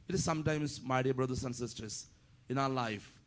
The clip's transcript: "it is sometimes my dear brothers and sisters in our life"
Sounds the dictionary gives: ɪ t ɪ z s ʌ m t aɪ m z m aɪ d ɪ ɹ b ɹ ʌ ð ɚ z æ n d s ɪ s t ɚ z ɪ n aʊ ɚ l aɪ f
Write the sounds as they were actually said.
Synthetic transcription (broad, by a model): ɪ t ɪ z s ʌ m t aɪ m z m aɪ d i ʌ b ɹ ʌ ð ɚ s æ n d s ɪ s t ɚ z ɪ n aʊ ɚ l aɪ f